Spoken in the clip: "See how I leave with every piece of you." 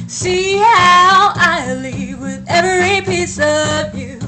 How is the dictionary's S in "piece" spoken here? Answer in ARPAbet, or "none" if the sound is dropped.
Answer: S